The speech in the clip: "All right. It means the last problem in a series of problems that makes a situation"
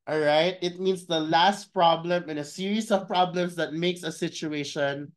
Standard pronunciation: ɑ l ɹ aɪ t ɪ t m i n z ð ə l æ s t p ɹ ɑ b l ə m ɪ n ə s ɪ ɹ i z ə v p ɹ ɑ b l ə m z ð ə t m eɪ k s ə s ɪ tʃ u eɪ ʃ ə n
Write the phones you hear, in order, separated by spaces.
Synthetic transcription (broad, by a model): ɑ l ɹ aɪ t ɪ t m i n s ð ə l æ s t p ɹ ɑ b l ə m ɪ n ə s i ɹ i s ə v p ɹ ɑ b l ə m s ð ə t m eɪ k s ə s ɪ tʃ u eɪ ʃ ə n